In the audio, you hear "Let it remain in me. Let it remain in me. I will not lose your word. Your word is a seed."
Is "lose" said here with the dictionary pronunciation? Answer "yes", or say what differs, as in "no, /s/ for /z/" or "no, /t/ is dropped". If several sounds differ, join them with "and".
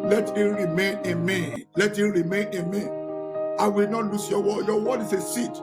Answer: no, /s/ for /z/